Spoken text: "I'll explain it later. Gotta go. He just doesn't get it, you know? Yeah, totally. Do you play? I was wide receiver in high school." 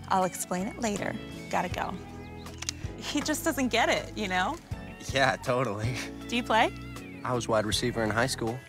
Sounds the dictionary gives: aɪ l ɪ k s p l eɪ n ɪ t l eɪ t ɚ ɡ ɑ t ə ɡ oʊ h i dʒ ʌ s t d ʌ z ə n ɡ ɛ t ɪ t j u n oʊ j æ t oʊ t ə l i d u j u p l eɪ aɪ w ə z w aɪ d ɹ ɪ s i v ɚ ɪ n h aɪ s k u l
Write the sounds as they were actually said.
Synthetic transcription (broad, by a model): aɪ l ɪ k s p l eɪ n ɪ t l eɪ t ɚ ɡ ɑ t ə ɡ oʊ h i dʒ ʌ s d ʌ z ə n ɡ ɛ t ɪ t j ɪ n oʊ j æ t oʊ t l i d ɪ j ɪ p l eɪ aɪ w ə z w aɪ d ɹ ɪ s i v ɚ ɪ n h aɪ s k u l